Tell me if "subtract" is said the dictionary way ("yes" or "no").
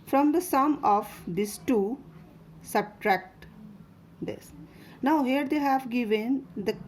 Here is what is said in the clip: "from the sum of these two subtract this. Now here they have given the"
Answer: yes